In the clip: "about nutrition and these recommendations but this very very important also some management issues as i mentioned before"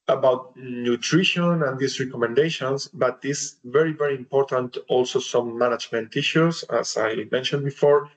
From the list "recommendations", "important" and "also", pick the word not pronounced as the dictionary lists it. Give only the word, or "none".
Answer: recommendations